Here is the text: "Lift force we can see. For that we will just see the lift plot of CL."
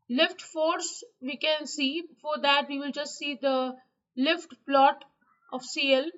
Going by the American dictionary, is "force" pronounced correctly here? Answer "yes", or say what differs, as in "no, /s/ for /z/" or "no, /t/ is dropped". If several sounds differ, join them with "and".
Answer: yes